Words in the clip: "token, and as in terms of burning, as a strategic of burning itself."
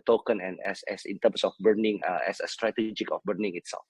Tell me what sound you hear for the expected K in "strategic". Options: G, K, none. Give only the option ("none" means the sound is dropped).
K